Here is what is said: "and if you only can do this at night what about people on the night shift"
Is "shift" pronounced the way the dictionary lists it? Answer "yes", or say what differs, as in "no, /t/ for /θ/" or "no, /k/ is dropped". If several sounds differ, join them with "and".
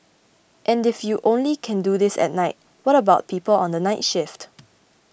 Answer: yes